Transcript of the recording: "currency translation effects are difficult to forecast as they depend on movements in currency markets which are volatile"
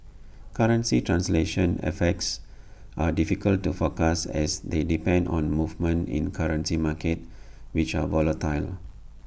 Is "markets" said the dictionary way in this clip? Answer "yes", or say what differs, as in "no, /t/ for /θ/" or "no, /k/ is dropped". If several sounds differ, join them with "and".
no, /s/ is dropped